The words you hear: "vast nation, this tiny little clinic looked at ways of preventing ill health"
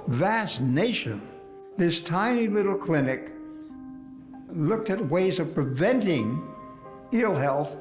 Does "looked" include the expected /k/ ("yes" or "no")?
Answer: yes